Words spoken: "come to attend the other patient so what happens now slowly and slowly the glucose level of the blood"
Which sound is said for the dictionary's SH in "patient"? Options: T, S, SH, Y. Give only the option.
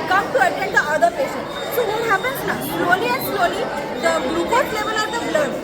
S